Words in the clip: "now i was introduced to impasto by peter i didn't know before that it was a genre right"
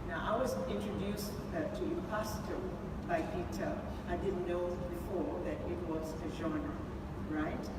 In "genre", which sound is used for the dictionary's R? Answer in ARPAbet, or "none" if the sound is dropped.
none